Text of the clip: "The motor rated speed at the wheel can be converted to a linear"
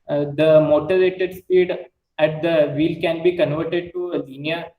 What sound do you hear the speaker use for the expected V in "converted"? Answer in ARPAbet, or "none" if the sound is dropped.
V